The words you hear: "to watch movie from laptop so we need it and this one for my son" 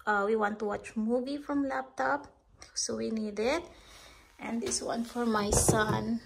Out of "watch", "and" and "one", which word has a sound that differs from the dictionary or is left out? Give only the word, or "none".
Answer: none